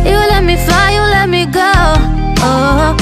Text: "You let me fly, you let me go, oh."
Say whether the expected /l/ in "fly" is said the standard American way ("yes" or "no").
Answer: no